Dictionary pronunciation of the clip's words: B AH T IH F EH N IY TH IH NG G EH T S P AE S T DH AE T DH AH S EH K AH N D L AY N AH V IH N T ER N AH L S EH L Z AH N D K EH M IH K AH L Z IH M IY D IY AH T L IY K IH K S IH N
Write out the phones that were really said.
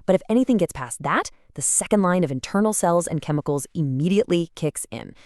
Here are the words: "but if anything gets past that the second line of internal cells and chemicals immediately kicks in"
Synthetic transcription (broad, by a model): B AH T IH F EH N IY TH IH NG G EH T S P AE S DH AE T DH AH S EH K AH N D L AY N AH V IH N T ER N L S EH L Z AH N K EH M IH K L Z IH M IY D IY AH T L IY K IH K S IH N